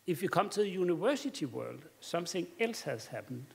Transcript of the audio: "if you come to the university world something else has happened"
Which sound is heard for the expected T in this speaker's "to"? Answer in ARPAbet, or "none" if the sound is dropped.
S